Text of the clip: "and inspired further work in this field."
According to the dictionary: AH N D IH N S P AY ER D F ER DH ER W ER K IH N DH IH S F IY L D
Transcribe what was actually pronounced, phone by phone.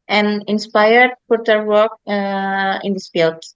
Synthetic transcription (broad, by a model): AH N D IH N S P AY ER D P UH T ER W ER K IH N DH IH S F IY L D